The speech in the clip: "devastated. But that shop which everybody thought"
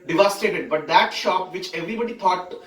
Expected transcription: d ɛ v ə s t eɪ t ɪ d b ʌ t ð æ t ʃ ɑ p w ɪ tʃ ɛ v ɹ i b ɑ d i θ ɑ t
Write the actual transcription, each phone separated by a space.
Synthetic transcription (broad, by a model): d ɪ v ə s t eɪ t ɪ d b ʌ t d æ t ʃ ɑ p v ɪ tʃ ɛ v ɹ i b ɑ d i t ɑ t